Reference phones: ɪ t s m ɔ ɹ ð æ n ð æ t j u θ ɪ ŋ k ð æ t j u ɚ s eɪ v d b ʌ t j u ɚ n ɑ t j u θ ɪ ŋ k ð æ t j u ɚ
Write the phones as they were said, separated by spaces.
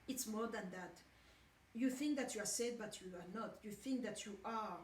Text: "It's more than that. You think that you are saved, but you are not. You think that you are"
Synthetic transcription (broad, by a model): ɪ t s m ɔ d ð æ n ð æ t j u θ ɪ ŋ k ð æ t j u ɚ s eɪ d b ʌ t j u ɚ n ɑ t j u θ ɪ ŋ k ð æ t j u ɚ